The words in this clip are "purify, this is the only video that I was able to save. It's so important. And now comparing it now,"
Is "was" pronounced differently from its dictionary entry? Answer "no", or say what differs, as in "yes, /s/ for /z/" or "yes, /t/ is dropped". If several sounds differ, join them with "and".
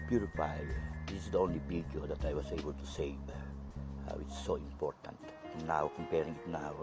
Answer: yes, /s/ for /z/